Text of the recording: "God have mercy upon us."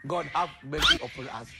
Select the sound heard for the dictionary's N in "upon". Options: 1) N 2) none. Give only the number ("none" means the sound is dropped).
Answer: 2